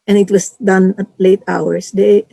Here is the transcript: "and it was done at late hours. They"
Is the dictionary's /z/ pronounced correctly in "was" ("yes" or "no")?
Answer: no